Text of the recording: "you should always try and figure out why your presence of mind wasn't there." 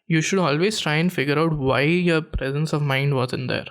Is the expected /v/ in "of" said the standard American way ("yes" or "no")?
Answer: yes